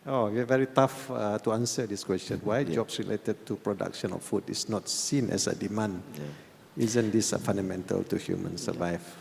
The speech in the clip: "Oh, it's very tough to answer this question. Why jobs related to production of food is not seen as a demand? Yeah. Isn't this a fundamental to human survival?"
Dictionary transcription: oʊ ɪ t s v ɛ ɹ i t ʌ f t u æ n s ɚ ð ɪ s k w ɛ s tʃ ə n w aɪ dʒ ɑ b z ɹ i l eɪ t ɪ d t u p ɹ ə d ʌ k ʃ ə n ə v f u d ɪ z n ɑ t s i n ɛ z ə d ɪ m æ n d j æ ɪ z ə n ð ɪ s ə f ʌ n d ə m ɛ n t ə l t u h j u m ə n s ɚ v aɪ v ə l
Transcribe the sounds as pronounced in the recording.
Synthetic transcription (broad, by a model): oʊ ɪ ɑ v ɛ ɹ i t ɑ f t u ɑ n s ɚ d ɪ s k w ɛ s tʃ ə n w aɪ dʒ ɑ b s ɹ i l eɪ t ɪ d t u p ɹ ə d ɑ k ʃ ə n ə f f u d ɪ s n ɑ t s i n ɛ s ə d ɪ m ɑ n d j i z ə n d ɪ s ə f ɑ n d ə m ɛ n t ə l t u h j u m ə n s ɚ v aɪ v